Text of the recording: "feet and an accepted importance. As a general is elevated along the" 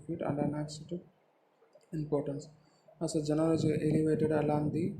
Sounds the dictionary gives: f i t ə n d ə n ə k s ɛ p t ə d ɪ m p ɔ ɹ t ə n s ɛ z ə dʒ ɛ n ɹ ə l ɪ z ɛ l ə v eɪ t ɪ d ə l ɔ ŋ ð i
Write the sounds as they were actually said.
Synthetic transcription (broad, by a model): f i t ə n d ə n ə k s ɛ t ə ɪ m p ɔ ɹ t ə n s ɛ s ə dʒ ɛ n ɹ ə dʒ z ɛ l ə v eɪ t ɪ d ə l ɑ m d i